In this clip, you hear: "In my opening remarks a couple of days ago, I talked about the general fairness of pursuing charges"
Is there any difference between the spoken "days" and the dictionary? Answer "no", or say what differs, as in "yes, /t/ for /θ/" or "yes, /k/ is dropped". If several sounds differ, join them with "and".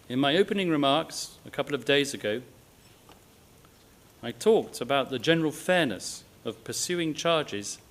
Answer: no